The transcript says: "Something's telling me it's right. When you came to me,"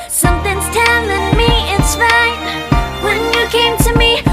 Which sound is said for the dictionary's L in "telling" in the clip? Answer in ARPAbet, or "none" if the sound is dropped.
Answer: N